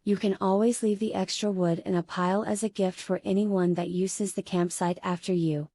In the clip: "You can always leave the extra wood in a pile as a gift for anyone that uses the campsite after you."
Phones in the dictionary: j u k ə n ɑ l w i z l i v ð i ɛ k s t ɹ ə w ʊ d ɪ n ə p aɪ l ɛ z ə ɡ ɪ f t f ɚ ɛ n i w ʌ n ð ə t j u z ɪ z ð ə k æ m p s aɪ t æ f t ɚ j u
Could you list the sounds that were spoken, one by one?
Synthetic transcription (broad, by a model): j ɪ k ə n ɑ l w i z l i v ð i ɛ k s t ɹ ə w ʊ d ɪ n ə p aɪ l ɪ z ə ɡ ɪ f t f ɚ ɛ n i w ʌ n ð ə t j u z ɪ z ð ə k æ m p s aɪ t æ f t ɚ j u